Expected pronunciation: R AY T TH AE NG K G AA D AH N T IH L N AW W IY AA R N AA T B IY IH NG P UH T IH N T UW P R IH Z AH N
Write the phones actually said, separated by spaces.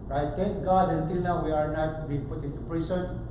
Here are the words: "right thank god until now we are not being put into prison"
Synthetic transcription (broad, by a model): R AY T T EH NG K G AA D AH N T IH L N AW W IY AA R N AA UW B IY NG P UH T IH N T UW P R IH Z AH N